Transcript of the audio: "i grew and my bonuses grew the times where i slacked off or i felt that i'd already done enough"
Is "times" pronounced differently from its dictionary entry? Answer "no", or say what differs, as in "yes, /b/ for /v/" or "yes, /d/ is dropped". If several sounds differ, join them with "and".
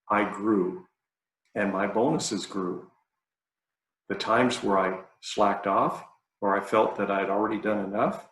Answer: no